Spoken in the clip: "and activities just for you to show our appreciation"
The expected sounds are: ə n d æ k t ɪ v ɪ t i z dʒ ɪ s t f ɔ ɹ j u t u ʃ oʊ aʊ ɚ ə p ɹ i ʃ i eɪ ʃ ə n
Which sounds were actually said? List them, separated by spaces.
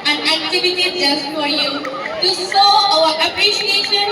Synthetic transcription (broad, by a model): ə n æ k t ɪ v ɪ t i dʒ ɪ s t f ɔ ɹ j u t u s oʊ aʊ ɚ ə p ɹ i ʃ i eɪ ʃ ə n